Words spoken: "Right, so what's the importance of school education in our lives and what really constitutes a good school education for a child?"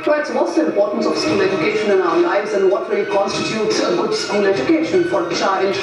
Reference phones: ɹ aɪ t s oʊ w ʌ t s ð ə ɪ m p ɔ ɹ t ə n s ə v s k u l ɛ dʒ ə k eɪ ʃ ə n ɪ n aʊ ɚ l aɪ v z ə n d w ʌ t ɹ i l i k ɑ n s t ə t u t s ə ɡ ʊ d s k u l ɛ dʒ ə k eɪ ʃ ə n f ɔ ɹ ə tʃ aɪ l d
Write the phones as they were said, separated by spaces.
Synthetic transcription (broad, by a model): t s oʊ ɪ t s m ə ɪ m p ɔ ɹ t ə n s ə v s k u l ɛ dʒ ə k eɪ ʃ ə n ɪ n aʊ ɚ l aɪ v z ə n d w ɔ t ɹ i i k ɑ n s t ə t u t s ə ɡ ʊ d s k u l ɛ dʒ ə k eɪ ʃ ə n f ɔ ɹ tʃ aɪ l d